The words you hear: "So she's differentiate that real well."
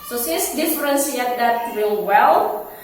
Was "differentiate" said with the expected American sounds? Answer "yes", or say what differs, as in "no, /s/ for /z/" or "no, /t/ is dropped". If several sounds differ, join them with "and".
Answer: no, /s/ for /ʃ/